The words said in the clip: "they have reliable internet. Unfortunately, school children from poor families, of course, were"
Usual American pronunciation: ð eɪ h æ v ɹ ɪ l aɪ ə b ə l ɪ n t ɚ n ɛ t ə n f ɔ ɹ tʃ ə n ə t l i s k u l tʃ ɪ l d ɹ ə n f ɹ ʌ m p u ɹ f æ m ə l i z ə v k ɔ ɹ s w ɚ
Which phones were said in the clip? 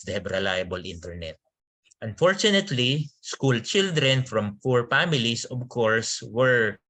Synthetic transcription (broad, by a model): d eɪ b ɹ ɪ l aɪ ə b ə l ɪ n t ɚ n ɛ t ə n f ɔ ɹ tʃ ə n ə t l i s k u l tʃ ɪ l d ɹ ə n f ɹ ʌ m f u ɹ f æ m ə l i s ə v k ɔ ɹ s w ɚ